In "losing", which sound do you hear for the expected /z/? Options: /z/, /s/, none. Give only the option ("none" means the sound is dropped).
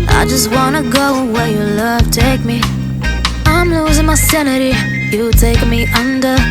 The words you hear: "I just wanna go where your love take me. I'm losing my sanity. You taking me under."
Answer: /z/